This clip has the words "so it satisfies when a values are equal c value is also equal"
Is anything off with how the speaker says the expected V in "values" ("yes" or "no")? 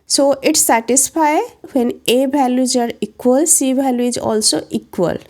yes